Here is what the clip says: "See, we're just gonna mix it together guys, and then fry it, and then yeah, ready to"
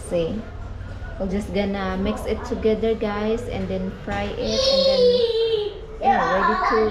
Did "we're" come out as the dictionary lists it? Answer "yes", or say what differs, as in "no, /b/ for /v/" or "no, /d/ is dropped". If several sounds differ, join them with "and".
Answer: no, /l/ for /ɹ/